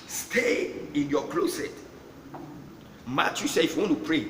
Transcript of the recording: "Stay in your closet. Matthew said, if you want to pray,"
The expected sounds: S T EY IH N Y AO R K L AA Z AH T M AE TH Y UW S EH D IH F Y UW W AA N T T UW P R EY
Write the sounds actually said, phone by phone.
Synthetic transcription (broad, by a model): S T EY IH N Y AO K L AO S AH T M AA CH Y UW S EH IH F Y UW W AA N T T UW P R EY